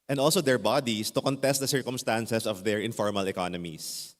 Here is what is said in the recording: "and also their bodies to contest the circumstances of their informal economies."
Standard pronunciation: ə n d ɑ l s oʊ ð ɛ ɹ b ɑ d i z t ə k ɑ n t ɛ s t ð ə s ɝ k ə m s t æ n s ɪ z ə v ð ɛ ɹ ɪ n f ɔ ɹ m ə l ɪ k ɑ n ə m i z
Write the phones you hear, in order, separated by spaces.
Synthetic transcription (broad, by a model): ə n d ɑ l s oʊ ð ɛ ɹ b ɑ d i s t ə k ɑ n t ɛ s t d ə s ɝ k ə m s t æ n s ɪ s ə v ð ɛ ɹ ɪ n f ɔ ɹ m ə l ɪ k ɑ n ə m i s